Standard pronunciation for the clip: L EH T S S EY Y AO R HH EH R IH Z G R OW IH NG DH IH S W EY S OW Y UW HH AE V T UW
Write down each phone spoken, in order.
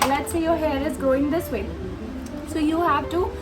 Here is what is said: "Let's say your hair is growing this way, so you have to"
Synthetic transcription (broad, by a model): L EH T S S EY Y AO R HH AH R IH Z G OW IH NG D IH S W EY S OW Y UW HH AE V T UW